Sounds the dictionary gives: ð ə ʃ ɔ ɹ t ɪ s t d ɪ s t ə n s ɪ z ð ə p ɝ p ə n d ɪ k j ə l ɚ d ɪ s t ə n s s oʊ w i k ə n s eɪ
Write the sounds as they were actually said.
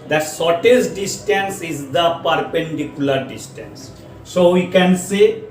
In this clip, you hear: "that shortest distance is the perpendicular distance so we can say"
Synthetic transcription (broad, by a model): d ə s ɔ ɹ t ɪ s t d ɪ s t ə n s ɪ z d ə p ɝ p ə n d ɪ k j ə l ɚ d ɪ s t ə n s s oʊ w i k ə n s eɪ